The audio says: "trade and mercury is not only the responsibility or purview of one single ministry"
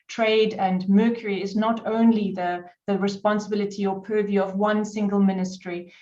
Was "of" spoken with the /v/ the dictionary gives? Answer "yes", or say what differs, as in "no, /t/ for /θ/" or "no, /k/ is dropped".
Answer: yes